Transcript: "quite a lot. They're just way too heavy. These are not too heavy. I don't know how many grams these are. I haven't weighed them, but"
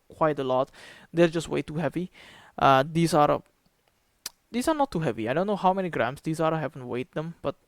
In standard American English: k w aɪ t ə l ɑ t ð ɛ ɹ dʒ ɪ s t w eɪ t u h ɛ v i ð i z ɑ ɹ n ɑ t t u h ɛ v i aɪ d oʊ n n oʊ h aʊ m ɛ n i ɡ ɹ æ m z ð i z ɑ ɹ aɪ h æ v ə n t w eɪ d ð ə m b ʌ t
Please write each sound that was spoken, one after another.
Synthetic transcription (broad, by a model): k w aɪ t ə l ɑ t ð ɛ l dʒ ɪ s t w eɪ t u h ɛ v i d i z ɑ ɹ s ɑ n t u h ɛ v i aɪ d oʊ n n oʊ h aʊ m ɛ n i ɡ ɹ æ m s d i s ɑ ɹ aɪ h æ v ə n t w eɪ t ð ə m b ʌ t